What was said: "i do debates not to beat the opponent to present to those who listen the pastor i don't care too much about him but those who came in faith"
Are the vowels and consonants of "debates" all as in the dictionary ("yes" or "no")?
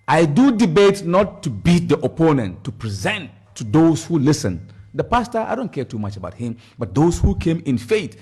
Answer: no